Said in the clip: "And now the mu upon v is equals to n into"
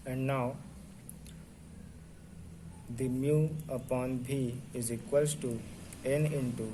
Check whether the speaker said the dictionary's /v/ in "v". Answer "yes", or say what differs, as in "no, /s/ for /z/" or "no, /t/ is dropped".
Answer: no, /b/ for /v/